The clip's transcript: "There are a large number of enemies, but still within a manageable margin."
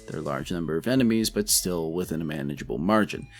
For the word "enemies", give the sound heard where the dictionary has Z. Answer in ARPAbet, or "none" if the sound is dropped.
Z